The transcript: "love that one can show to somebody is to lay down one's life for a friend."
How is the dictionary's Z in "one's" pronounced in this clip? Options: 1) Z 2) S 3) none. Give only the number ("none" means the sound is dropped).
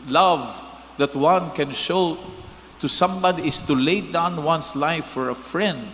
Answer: 2